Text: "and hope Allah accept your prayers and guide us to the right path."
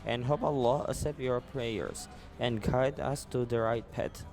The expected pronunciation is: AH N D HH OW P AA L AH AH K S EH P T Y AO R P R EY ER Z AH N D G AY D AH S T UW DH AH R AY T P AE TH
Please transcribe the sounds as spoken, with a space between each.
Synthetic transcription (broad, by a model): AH N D HH OW P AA L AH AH S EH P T Y AO R P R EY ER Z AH N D G AY D AH S T UW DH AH R AY T P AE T